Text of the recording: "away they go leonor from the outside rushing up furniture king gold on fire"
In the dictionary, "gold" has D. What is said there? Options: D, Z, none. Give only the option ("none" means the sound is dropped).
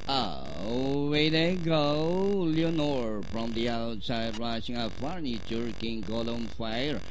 none